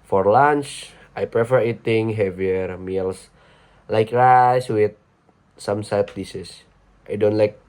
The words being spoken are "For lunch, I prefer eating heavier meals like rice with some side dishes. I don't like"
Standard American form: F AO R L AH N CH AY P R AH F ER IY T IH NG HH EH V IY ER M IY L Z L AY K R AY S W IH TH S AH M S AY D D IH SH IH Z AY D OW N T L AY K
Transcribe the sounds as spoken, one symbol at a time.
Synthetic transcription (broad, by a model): F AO R L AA N CH AY P R AH F ER IY T IH NG HH EH V IY ER M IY L S L AY K R AY S W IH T S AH M S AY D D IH S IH S AY D OW N T L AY K